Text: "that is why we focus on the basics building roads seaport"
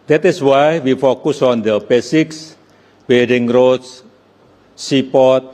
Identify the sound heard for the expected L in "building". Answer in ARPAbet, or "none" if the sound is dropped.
none